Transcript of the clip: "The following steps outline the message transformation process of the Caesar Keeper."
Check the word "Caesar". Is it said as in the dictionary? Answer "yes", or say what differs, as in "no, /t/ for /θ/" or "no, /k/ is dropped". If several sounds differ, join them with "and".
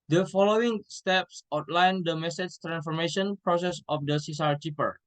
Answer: no, /s/ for /z/